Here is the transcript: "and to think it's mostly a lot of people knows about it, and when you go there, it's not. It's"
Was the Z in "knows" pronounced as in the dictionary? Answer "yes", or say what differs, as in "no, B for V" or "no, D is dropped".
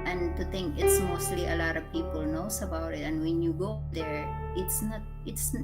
no, S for Z